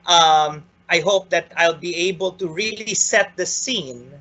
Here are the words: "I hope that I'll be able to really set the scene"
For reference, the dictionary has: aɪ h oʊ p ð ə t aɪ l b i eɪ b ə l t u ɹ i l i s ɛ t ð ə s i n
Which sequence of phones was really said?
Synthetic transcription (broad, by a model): aɪ h oʊ p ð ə t aɪ l b i eɪ b ə l t u ɹ i l i s ɛ t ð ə s i n